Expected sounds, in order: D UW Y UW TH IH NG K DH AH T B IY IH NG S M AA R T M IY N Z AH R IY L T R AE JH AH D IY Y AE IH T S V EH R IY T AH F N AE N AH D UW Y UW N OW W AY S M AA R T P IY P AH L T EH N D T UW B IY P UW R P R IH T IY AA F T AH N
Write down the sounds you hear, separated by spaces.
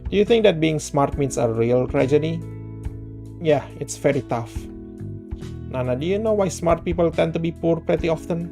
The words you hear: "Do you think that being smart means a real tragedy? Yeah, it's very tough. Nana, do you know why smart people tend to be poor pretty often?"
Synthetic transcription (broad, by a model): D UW Y UW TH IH NG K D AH T B IY IH NG S M AA R T M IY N S AH R IY L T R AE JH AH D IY Y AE IH T S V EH R IY T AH F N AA N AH D UW Y UW N OW W AY S M AA R T P IY P AH L T EH N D T UW B IY P UW R P R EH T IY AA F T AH N